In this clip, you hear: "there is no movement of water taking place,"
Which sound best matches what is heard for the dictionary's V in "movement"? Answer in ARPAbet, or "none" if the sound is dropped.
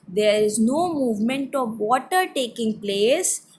V